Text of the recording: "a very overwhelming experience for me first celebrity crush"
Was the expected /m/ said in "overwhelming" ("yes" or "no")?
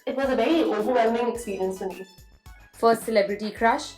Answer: yes